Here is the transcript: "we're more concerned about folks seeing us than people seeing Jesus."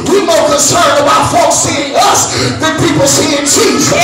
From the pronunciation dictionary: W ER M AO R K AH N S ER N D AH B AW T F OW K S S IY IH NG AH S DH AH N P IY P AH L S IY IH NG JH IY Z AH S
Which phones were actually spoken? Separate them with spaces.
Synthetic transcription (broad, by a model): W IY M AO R K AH N S ER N AH B AW T F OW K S S IY IH NG AH S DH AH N P IY P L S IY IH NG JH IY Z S